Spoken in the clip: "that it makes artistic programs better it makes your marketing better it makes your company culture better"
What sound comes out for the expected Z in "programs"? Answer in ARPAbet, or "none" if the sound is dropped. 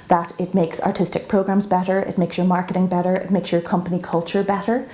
Z